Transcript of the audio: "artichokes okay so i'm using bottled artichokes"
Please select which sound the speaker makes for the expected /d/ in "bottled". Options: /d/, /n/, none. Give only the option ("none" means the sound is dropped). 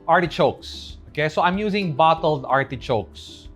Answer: /d/